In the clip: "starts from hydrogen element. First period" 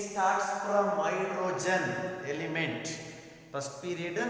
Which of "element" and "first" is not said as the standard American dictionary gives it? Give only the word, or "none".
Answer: first